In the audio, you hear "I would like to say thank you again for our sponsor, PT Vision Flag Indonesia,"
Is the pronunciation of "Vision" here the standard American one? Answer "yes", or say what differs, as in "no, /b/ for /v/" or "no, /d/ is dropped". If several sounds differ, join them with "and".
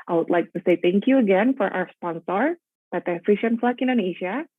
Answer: no, /f/ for /v/ and /ʃ/ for /ʒ/